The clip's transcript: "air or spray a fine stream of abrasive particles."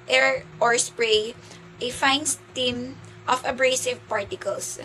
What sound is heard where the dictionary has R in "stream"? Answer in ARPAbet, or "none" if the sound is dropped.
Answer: none